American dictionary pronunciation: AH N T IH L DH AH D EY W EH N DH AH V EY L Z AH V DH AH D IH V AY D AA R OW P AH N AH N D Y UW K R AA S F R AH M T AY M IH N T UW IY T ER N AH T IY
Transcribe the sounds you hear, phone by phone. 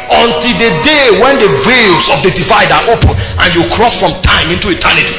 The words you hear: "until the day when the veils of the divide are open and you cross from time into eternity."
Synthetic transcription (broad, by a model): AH N T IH L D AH D EY W EH N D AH V EY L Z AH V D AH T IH F AY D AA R OW P AH N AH N Y UW K R AA S F R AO M T AY M IH N T UW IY T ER N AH T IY